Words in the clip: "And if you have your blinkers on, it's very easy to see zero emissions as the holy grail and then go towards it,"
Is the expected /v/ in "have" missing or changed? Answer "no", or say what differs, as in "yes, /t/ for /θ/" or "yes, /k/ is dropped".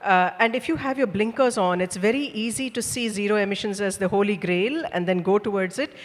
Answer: no